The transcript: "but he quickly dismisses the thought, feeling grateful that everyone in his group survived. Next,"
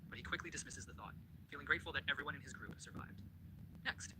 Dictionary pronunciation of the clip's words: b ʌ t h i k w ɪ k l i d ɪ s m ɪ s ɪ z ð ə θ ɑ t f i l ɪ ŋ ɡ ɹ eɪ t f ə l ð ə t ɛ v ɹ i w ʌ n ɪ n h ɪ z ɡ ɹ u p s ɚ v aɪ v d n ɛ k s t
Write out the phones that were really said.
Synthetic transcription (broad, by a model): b ʌ t h i k w ɪ k l i d ɪ s m ɪ s ɪ z ð ə θ ɑ t f i l ɪ ŋ ɡ ɹ eɪ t f l ð ə t ɛ v ɹ i w ʌ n ɪ n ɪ z ɡ ɹ u p s ɚ v aɪ v d n ɛ k s t